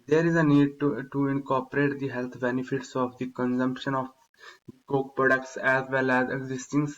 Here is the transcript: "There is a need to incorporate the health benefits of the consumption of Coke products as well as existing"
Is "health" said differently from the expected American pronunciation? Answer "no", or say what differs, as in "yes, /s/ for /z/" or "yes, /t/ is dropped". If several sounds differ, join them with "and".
yes, /t/ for /θ/